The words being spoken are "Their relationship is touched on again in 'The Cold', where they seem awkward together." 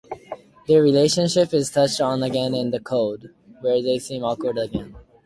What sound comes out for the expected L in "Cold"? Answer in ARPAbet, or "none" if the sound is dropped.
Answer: none